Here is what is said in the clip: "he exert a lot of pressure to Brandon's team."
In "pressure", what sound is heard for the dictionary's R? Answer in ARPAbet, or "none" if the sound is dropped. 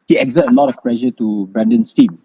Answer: L